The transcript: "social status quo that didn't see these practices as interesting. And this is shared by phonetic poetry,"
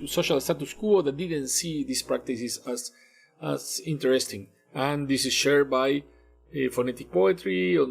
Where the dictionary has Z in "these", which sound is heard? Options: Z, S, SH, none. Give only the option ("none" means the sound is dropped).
S